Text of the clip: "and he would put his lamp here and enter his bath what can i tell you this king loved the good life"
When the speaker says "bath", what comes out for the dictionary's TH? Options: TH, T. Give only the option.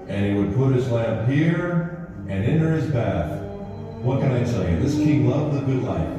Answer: TH